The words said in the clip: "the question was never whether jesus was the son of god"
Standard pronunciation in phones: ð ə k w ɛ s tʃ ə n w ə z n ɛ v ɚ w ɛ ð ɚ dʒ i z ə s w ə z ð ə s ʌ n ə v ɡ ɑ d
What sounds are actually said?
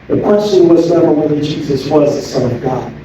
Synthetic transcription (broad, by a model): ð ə k w ɛ s tʃ ə n w ə z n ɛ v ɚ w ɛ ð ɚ dʒ i z ə s w ə z ð ə s ʌ n ə v ɡ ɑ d